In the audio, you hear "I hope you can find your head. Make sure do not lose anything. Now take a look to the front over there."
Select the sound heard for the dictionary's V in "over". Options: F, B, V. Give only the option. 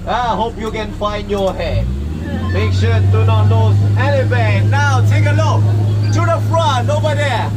B